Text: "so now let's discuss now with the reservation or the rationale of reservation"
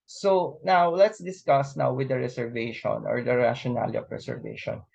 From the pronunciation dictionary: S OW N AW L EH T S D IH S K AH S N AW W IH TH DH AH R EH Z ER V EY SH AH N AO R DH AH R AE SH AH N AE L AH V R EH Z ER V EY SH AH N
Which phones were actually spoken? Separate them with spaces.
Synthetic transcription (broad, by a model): S OW N AW L EH T S D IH S K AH S N AW W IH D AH R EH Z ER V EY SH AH N AO R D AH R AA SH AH N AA L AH P R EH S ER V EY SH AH N